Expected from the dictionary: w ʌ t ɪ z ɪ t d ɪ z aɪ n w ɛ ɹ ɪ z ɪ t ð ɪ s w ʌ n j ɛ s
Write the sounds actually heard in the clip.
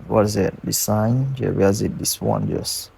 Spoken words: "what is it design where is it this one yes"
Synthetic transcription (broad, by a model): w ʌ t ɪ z ɪ t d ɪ s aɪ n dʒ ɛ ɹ ɪ z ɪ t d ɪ s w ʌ n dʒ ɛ s